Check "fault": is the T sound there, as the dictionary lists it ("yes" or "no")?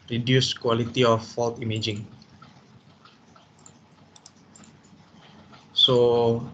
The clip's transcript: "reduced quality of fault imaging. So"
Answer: yes